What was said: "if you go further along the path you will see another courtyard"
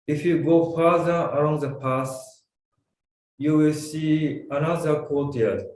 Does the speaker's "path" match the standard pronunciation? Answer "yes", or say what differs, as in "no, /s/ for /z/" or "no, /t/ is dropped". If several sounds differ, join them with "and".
no, /s/ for /θ/